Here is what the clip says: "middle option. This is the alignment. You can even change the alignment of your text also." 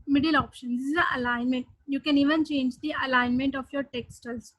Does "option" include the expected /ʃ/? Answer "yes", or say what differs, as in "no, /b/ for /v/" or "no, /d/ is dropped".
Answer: yes